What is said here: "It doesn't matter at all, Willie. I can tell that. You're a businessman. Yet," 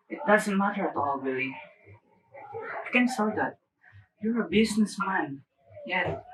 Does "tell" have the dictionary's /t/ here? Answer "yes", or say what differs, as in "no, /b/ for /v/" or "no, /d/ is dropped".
no, /s/ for /t/